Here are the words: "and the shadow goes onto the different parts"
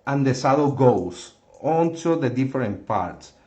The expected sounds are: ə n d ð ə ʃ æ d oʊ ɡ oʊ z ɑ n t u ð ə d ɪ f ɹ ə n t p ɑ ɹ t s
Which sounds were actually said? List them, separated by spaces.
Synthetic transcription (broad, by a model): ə n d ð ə s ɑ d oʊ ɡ oʊ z ɑ n t u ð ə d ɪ f ɹ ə n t p ɑ ɹ t s